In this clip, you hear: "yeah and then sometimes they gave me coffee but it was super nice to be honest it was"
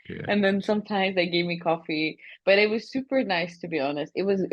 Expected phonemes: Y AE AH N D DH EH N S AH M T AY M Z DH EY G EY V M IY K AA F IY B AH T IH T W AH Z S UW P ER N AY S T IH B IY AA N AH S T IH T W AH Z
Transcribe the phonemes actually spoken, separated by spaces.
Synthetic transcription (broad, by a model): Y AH N DH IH N S AH M T AY M Z DH EY G EY V M IY K AA F IY B AH T IH T W AH Z S UW P ER N AY S T IH B IY AA N AH S T IH T W AH Z